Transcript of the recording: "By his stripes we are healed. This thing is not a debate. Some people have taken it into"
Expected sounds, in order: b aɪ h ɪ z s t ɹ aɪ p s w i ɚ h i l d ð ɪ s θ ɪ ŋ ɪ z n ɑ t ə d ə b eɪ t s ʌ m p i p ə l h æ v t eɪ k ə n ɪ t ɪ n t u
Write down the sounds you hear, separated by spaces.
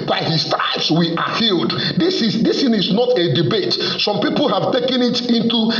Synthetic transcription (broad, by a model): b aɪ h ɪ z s t aɪ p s w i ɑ h i l d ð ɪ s s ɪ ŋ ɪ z n ɑ t ə d ə b eɪ t s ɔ m p i p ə l h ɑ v t eɪ k ə n ɪ t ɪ n t u